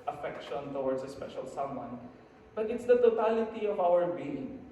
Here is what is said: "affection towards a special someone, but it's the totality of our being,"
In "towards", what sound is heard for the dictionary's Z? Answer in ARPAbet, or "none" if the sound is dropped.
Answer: S